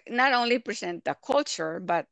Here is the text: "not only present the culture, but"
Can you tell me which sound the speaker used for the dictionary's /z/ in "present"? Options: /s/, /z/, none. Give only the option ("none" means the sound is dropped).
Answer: /s/